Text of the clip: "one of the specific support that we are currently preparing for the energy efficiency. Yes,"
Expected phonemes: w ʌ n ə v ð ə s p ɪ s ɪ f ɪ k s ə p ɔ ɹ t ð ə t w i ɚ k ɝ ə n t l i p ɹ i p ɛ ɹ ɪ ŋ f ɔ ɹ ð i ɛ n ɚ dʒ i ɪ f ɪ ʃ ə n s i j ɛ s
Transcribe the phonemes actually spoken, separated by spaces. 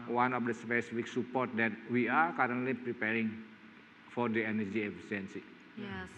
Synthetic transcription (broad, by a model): w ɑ n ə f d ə s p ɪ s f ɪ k s ə p ɔ ɹ t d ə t w i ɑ k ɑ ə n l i p ɹ i p ɛ ɹ ɪ ŋ f ɔ ɹ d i ɛ n ɚ dʒ i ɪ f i s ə n s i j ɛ